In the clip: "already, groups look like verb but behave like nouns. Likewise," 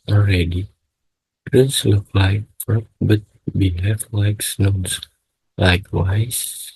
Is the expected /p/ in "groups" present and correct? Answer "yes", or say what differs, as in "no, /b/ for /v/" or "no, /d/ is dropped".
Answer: no, /p/ is dropped